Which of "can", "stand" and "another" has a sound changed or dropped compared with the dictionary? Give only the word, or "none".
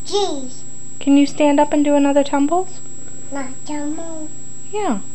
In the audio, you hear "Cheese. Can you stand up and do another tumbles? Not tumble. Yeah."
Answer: none